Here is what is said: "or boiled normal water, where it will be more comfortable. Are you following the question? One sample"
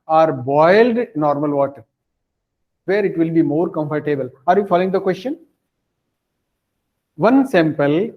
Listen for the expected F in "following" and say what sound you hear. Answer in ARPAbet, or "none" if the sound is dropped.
F